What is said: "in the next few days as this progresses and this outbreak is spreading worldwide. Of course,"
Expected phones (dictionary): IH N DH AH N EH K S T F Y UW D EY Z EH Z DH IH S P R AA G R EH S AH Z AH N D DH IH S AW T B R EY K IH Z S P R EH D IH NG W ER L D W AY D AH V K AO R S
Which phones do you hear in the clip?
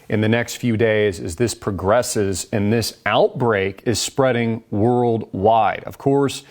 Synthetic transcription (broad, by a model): IH N DH AH N EH K S T F Y UW D EY Z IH Z DH IH S P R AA G R EH S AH Z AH N DH IH S AW T B R EY K IH Z S P R EH D IH NG W ER L D W AY D AH V K AO R S